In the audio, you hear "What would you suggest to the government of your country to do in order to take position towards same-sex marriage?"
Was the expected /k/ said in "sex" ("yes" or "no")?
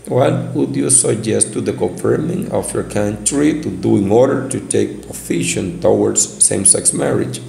yes